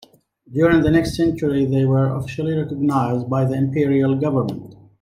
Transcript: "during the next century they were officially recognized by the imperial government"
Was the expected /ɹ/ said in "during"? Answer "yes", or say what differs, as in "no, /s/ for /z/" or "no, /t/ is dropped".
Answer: yes